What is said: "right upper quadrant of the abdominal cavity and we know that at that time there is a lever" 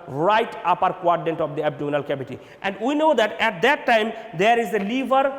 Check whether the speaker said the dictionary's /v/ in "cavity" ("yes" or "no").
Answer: no